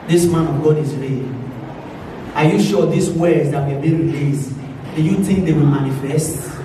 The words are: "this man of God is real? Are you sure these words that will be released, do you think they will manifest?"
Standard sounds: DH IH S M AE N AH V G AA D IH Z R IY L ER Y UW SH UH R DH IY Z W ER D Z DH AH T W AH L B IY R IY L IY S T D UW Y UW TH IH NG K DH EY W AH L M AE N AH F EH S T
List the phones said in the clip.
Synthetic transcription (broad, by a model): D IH S M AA N AH V G AA D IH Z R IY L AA Y UW SH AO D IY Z W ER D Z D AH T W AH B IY R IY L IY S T D UW Y UW T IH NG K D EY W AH M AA N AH F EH S T